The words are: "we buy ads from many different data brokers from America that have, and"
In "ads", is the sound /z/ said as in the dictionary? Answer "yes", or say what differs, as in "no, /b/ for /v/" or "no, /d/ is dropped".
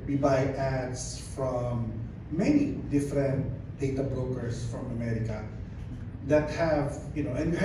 no, /s/ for /z/